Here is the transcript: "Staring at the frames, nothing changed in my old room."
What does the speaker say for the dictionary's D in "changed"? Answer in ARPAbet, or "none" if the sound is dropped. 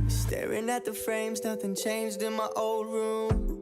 D